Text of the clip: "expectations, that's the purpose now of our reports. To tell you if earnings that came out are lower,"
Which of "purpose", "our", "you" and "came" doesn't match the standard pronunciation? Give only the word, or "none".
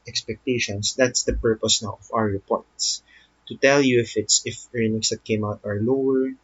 our